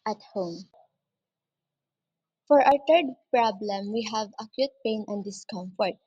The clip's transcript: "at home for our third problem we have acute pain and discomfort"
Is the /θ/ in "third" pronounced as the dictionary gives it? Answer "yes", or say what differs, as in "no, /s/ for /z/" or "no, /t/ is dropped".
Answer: no, /t/ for /θ/